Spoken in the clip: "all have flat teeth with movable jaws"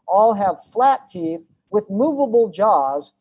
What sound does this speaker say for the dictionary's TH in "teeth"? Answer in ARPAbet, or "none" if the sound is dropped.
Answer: TH